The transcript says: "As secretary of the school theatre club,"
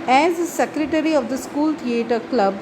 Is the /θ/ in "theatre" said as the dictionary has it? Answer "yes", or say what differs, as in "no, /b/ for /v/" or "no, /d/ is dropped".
no, /t/ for /θ/